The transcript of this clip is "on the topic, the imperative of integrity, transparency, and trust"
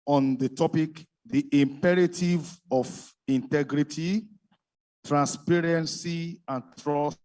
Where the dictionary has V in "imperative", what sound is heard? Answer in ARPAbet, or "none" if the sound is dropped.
V